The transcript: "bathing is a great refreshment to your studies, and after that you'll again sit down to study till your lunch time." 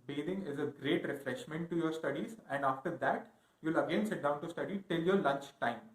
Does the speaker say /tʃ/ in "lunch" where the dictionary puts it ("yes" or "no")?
yes